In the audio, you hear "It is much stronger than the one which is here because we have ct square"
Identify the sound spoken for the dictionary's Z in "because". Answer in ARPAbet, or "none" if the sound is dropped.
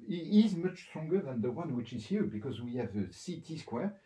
Z